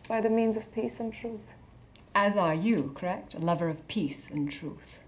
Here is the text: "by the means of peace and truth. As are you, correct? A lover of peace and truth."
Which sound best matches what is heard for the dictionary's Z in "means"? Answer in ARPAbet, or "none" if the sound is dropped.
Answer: Z